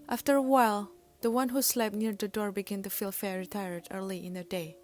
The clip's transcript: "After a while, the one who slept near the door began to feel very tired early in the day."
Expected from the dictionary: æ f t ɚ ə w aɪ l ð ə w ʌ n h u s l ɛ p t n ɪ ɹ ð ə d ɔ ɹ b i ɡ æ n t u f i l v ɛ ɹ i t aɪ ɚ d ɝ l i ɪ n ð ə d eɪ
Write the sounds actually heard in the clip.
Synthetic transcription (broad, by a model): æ f t ɚ ə w aɪ l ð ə w ʌ n h u s l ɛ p n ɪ ɹ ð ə d ɔ ɹ b i ɡ æ n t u f i l f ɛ ɹ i t aɪ ɚ d ɝ l i ɪ n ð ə d eɪ